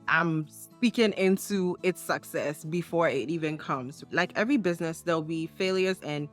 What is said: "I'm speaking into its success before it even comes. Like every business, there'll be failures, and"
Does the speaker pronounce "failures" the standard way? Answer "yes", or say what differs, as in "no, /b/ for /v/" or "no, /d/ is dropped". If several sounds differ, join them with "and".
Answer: yes